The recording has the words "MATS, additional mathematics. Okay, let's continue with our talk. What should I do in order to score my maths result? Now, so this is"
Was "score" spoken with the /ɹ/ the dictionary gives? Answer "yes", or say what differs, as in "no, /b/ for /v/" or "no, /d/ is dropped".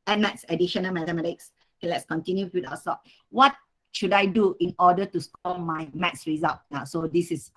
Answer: no, /l/ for /ɹ/